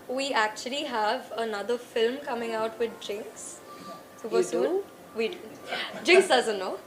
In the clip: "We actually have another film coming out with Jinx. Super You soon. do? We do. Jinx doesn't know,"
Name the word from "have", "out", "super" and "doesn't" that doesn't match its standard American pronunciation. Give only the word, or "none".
super